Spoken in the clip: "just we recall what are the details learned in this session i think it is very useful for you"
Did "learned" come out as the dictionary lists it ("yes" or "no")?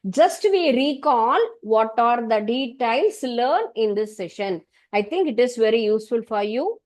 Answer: no